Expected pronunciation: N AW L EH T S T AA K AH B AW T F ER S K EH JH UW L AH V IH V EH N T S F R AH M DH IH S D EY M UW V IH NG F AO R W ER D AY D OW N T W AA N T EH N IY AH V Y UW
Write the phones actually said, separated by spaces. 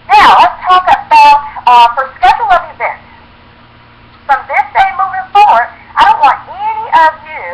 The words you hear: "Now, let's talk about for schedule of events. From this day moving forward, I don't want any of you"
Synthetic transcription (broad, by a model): N AW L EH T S T AA K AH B AW T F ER S K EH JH L AH V IH V EH N T S F R AH M DH IH S D EY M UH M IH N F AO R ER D AY D OW N T W AA N T EH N IY AH V Y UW